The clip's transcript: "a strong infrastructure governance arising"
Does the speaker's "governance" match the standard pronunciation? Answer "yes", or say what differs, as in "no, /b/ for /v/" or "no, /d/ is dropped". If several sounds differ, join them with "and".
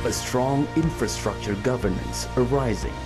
yes